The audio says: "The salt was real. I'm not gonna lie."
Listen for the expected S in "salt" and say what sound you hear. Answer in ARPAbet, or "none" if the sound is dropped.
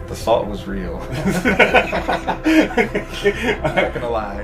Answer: TH